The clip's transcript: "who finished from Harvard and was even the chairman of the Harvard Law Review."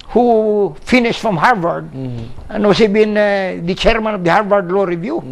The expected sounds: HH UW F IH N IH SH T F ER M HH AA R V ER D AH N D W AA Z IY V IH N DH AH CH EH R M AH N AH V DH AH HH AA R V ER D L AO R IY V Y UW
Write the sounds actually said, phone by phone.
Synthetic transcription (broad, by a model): HH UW F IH N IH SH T F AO M HH AA R V ER D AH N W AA S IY B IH N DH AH CH EH R M AH N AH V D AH HH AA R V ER D L AO R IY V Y UW